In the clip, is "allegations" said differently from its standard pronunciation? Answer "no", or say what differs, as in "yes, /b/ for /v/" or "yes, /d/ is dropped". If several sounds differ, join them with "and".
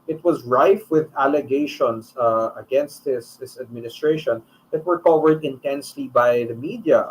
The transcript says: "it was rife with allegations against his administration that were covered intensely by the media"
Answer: yes, /s/ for /z/